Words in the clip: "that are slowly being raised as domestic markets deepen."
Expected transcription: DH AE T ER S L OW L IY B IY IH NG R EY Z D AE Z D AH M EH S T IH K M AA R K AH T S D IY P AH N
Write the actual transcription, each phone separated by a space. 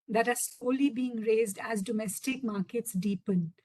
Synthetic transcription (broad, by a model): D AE T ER S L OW L IY B IY IH NG R EY Z D AE Z D AH M EH S T IH K M AA R K AH T S D IY P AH N